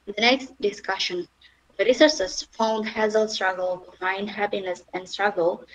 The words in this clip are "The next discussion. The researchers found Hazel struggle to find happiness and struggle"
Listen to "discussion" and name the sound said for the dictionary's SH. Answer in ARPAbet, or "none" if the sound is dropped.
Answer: SH